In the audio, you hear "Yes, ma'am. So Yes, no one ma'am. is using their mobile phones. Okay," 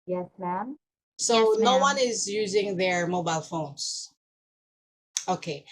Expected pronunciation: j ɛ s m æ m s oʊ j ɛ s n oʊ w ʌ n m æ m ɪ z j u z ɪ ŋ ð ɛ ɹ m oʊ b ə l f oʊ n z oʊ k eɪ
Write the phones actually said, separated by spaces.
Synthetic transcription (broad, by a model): j ɛ s m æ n s oʊ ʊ n oʊ w ʌ n ɪ z j u z ɪ ŋ ð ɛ ɹ m oʊ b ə l f oʊ n z oʊ k eɪ